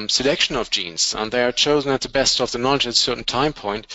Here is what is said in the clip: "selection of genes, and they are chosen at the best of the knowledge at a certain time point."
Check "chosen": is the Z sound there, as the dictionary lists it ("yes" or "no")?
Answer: yes